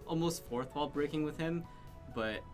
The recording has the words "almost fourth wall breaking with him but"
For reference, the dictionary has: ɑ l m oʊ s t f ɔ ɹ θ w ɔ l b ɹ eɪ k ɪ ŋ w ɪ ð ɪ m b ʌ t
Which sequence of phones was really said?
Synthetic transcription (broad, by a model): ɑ l m oʊ s t f ɔ ɹ θ w ɔ l b ɹ eɪ k ɪ ŋ w ɪ ð ɪ m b ʌ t